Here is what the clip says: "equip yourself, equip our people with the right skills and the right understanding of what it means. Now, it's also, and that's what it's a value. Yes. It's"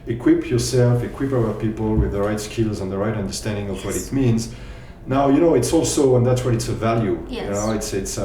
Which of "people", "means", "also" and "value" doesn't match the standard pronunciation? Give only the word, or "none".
none